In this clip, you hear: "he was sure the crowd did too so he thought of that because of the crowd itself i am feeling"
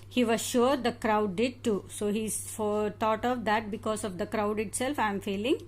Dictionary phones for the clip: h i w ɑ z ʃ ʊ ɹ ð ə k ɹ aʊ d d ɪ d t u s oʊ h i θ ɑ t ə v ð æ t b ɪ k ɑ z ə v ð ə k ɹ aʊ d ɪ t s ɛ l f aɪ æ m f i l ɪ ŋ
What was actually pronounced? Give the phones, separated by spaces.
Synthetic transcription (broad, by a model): h i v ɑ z ʃ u ɹ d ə k ɹ aʊ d d ɪ d t u s oʊ h i t ɑ t ə v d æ t b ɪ k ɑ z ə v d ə k ɹ aʊ d ɪ t s ɛ l f aɪ m f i l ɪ ŋ